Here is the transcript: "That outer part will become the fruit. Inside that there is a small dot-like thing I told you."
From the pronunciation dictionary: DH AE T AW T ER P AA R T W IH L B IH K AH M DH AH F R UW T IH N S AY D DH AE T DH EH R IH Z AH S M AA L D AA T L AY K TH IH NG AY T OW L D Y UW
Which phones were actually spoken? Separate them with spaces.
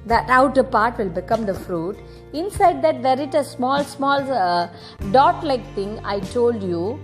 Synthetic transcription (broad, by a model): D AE T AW T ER P AA R T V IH L B IH K AH M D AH F R UW T IH N S AY D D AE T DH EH R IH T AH S M AA L D AA T L AY K T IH NG AY T OW L D Y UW